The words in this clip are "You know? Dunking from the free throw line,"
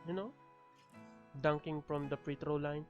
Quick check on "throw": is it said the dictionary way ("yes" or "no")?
no